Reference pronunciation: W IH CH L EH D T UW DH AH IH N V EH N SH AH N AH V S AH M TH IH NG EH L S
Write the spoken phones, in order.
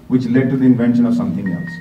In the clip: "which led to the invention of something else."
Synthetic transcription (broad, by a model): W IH CH L EH D T UW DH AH IH N V EH N SH AH N AH V S AH M T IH NG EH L S